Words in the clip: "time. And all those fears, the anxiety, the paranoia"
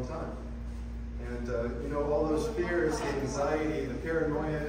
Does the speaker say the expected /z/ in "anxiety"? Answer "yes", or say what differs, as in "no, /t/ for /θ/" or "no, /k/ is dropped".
yes